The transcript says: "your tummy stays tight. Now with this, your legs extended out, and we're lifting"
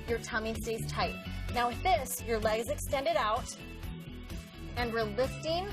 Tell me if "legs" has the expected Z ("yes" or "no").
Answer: yes